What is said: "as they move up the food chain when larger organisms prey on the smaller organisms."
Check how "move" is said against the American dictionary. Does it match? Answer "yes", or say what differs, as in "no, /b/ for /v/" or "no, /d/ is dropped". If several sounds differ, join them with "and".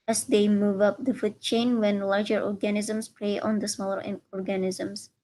yes